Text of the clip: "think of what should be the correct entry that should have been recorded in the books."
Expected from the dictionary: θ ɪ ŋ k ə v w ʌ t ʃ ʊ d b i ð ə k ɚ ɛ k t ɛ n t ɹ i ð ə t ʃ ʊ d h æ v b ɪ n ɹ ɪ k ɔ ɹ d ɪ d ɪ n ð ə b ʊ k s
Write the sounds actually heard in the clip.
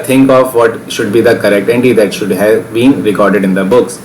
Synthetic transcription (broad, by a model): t ɪ ŋ k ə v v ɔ t ʃ ʊ d b i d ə k ɚ ɛ k t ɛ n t i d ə t ʃ ʊ d h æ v b ɪ n ɹ ɪ k ɔ ɹ d ɪ d ɪ n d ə b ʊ k s